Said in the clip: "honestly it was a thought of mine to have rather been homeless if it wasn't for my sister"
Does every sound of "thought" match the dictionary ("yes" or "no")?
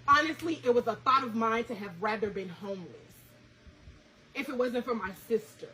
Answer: yes